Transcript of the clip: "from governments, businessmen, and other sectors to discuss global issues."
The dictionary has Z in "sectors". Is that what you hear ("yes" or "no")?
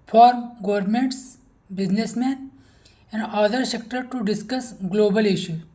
no